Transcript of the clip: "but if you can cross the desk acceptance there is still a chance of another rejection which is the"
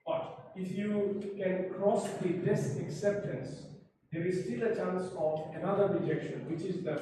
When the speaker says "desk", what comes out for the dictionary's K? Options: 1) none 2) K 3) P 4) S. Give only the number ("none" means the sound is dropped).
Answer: 1